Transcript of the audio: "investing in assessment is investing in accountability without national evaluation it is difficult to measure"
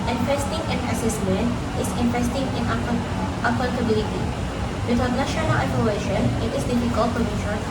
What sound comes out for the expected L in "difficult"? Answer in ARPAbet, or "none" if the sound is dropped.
L